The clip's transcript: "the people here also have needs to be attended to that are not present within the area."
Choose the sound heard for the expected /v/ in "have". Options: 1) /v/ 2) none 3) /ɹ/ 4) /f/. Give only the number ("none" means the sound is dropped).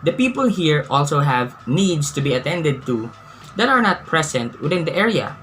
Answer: 1